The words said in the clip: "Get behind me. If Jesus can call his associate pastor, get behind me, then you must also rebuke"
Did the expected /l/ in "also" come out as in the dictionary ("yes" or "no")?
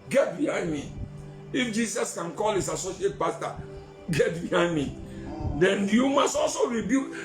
yes